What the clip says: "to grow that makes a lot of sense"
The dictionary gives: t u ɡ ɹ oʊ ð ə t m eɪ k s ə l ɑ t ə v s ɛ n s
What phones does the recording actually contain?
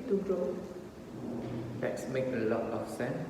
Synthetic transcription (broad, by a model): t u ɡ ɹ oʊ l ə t m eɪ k ə l ɑ t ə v s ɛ n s